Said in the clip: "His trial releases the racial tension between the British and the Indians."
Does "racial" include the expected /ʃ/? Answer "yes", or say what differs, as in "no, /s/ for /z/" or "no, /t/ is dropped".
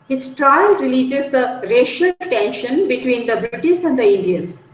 yes